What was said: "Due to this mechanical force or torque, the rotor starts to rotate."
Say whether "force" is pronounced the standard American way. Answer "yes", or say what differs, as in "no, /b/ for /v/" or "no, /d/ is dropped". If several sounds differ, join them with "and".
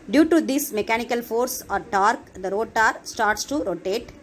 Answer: yes